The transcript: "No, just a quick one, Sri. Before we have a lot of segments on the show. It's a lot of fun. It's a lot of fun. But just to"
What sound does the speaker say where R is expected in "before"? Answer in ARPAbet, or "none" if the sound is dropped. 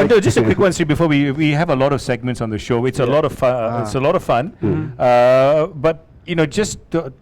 W